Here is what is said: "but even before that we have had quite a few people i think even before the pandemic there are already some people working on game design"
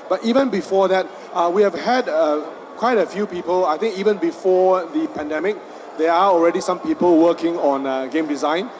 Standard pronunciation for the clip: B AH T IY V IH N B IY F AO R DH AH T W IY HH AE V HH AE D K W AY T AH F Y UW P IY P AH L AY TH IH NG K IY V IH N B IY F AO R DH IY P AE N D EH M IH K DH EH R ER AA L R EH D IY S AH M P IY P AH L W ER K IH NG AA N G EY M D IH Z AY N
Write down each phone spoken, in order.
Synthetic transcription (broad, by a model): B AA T IY V IH N B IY F AO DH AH T W IY HH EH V HH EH D K W AY T AH F Y UW P IY P AH L AY T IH NG K IY V IH N B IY F AO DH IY P AE N D EH M IH K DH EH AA AA L R EH D IY S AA M P IY P AH L W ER K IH NG AA N G EY M D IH Z AY N